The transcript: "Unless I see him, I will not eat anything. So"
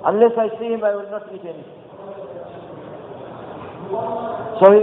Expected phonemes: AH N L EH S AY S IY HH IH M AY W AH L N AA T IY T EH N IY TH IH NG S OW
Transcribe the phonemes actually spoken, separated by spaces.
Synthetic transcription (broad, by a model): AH N L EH S AY S IY HH IH M AY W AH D N AA T IY T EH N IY S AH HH